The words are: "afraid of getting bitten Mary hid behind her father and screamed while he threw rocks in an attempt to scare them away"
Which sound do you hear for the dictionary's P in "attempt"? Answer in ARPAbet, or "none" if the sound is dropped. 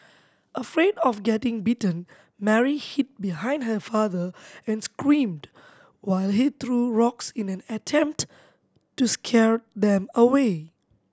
P